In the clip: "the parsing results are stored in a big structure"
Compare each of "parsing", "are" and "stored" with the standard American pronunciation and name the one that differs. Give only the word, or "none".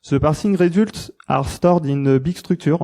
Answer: none